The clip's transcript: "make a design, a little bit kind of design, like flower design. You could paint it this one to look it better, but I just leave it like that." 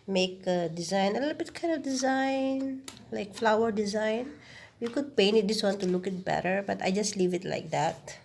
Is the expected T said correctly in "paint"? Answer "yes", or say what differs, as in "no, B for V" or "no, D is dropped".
no, T is dropped